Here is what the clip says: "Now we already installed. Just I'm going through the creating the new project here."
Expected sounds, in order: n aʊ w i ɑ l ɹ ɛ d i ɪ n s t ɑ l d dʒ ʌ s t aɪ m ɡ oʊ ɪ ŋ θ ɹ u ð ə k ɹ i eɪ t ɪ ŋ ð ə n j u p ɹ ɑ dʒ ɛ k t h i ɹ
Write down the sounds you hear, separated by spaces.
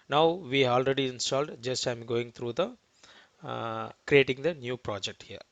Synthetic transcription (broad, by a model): n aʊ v i ɑ l ɹ ɛ d i ɪ n s t ɑ l d dʒ ʌ s t aɪ m ɡ oʊ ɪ ŋ t ɹ u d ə k ɹ i eɪ t ɪ ŋ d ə n j u p ɹ ɑ dʒ ɛ k t h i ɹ